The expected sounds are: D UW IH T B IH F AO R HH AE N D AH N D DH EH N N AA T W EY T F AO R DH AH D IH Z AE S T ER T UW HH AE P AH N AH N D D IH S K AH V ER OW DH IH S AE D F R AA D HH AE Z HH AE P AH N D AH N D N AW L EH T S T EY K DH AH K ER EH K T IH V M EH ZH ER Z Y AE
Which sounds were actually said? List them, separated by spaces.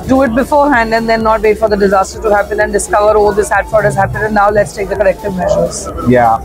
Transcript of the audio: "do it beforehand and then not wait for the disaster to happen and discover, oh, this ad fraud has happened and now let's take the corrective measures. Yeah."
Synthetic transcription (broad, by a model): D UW IH T B IH F AO R HH AE N D AH N D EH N N AA T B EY F AO R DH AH D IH Z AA S T ER T UW HH AE P AH N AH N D D IH S K AH V ER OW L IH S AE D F AA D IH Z HH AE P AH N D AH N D N AW L EH T S T EY K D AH K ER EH K T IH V M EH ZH ER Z Y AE